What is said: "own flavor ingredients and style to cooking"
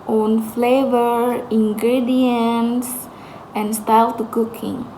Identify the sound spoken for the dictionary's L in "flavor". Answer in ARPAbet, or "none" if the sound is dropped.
L